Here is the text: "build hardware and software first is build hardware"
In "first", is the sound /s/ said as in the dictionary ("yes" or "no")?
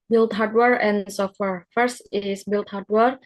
yes